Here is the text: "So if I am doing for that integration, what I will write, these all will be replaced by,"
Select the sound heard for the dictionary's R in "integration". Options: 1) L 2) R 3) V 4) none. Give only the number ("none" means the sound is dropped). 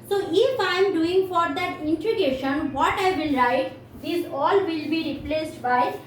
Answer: 4